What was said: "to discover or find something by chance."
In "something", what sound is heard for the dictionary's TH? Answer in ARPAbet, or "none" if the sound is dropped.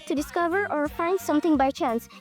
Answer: T